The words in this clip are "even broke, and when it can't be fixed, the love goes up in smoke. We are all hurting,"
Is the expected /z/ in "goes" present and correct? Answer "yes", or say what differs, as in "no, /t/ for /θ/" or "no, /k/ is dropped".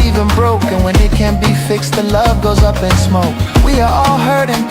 yes